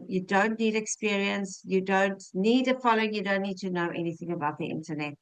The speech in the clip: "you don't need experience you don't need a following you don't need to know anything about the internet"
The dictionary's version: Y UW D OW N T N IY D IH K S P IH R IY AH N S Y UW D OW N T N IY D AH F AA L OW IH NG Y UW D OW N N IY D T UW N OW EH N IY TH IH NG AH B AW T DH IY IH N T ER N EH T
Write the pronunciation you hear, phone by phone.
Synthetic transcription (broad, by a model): Y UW D OW N T N IY D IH K S P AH R IY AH N S Y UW D OW N T N IY D AH F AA L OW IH Y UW D OW N N IY D T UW N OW EH N IY TH IH NG AH B AW T DH IY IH N T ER N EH T